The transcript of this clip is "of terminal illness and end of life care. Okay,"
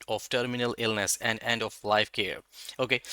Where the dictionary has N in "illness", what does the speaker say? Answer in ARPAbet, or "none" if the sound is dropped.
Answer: N